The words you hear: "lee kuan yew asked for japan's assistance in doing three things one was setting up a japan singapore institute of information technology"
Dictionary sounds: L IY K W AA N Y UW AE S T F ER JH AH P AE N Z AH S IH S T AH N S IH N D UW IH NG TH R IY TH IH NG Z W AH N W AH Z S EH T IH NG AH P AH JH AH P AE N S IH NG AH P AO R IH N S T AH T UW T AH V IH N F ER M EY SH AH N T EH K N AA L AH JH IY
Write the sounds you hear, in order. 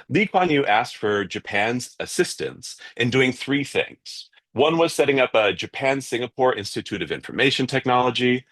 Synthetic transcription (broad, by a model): L IY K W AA N Y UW AE S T F ER JH AH P AE N Z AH S IH S T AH N S IH N D UW IH NG TH R IY TH IH NG Z W AH N W AH Z S EH T IH NG AH P AH JH AH P AE N S IH NG AH P AO R IH N S T AH T UW T AH V IH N F ER M EY SH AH N T EH K N AA L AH JH IY